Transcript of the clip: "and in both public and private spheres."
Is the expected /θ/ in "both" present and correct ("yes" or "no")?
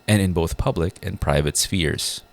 yes